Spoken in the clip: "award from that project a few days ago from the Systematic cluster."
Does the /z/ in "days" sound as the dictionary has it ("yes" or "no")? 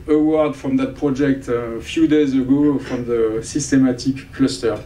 yes